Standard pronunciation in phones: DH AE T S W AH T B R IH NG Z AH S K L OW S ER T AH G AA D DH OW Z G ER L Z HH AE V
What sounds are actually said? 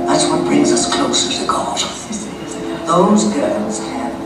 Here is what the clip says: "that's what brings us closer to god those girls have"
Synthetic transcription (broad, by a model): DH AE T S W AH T B R IH NG Z AH S K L OW S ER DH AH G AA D DH OW Z G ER L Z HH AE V